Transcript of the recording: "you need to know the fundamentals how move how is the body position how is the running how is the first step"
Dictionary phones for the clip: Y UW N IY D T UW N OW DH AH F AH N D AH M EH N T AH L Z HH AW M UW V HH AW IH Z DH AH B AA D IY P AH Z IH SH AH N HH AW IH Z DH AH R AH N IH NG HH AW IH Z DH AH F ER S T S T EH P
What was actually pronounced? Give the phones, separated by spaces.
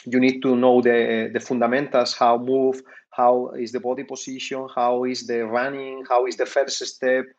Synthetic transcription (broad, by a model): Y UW N IY D T UW N OW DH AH F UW N D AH M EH N T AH L S HH AW M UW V HH AW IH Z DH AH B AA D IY P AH S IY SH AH N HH AW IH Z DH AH R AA N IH NG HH AW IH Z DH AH F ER S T S T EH P